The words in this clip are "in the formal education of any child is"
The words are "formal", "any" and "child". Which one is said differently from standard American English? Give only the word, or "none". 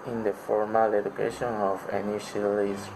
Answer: child